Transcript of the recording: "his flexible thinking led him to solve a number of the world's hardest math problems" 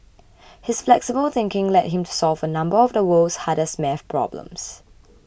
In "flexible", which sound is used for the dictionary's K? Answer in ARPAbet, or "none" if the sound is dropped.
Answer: K